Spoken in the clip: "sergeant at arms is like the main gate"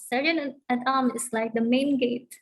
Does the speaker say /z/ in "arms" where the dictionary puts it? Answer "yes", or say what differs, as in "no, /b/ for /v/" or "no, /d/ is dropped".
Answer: no, /z/ is dropped